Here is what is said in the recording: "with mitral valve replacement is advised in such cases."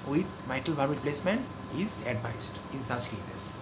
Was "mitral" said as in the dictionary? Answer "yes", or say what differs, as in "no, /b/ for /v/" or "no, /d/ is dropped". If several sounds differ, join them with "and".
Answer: no, /ɹ/ is dropped